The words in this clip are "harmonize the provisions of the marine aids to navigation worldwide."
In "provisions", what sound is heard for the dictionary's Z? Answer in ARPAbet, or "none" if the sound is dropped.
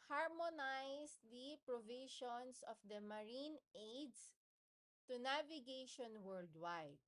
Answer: S